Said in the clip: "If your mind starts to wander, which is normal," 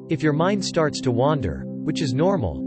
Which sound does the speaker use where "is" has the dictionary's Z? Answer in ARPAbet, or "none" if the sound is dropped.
Z